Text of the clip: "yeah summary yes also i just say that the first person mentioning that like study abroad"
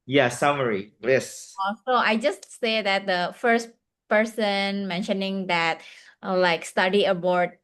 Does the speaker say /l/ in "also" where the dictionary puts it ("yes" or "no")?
no